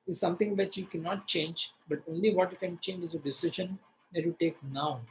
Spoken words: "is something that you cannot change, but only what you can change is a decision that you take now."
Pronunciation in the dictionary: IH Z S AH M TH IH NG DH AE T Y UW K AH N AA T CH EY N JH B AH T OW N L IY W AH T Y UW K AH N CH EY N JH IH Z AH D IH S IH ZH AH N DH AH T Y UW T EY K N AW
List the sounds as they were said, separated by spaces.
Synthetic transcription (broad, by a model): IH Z S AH M T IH NG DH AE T Y UW K AH N AA T CH EY N JH B AH T OW N L IY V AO T Y UW K AH N CH EY N JH IH Z AH D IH S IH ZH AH N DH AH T Y UW T EY K N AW